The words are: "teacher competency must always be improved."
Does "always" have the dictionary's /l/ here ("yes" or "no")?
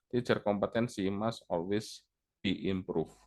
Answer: no